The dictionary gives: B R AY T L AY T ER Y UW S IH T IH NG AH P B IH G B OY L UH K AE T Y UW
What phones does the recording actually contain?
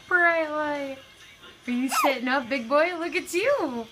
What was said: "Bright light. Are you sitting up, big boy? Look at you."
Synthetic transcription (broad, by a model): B R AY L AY ER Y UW S IH T IH NG AH P B IH G B OY L UH K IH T Y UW